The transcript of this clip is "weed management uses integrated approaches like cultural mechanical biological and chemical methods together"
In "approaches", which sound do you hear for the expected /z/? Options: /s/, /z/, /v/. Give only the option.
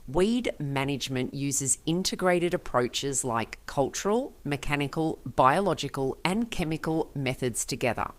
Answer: /z/